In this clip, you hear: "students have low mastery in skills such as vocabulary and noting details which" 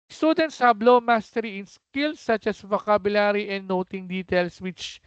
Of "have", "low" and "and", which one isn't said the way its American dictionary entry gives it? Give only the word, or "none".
have